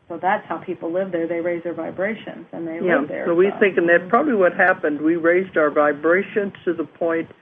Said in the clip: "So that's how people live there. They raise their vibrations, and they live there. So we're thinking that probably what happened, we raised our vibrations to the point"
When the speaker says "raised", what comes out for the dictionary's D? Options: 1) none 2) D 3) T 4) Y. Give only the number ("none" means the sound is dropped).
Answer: 2